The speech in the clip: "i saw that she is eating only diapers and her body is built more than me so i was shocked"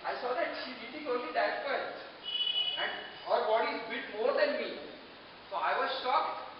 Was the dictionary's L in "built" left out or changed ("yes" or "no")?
yes